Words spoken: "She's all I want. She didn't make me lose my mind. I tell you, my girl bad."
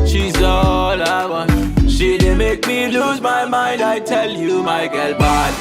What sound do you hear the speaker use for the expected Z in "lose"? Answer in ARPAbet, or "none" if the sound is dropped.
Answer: Z